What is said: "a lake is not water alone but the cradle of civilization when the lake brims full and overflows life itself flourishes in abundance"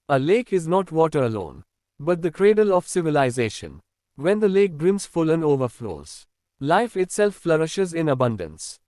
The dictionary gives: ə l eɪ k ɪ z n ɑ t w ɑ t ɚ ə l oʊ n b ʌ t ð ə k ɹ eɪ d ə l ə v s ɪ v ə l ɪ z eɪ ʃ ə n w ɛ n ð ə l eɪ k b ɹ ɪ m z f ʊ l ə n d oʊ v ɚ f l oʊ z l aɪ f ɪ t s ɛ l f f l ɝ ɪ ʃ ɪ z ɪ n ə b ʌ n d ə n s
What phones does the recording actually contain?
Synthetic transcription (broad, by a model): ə l eɪ k ɪ z n ɑ t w ɑ t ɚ ə l oʊ n b ʌ t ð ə k ɹ eɪ d ə l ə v s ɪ v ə l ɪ z eɪ ʃ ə n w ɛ n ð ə l eɪ k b ɹ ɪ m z f ʊ l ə n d oʊ v ɚ f l oʊ z l aɪ f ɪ t s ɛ l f f l ɝ ɪ ʃ ɪ z ɪ n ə b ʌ n d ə n s